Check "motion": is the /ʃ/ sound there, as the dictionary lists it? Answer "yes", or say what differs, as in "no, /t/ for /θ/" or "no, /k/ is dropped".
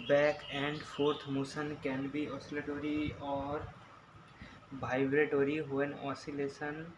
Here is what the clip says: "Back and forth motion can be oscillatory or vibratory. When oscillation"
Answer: no, /s/ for /ʃ/